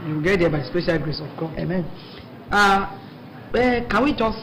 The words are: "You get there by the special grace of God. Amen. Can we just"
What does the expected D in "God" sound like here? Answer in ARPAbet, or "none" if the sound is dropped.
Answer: none